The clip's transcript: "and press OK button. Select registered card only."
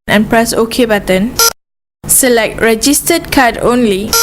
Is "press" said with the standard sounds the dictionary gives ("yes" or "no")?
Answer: yes